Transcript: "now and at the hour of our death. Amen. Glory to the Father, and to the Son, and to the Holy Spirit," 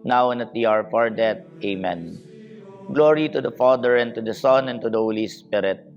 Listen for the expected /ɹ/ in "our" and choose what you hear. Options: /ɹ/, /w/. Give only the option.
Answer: /ɹ/